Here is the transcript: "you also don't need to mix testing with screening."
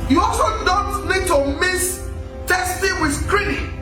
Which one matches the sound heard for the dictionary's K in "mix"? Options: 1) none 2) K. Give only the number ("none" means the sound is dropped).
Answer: 1